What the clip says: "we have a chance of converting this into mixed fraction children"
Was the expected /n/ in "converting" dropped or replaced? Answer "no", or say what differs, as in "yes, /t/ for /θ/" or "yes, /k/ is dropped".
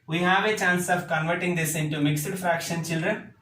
no